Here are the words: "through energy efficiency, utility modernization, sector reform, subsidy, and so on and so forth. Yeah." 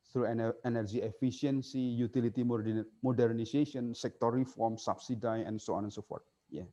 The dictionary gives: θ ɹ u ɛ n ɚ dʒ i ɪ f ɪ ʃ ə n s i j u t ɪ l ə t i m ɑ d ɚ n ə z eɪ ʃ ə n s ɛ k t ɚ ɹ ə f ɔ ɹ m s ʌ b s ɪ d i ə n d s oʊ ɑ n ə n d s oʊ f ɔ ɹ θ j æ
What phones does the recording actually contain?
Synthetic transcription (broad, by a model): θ ɹ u ɛ n ɚ dʒ i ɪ f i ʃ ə n s i j u t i l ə t i m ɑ d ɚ n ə s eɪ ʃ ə n s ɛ k t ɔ ɹ ə f ɔ ɹ m s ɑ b s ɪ d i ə n s oʊ ɑ n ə n s oʊ f ɔ ɹ t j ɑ